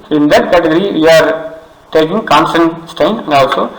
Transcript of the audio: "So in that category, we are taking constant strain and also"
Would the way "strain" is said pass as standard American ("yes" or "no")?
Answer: no